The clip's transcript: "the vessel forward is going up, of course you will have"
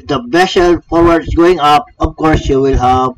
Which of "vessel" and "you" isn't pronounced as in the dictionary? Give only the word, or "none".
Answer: vessel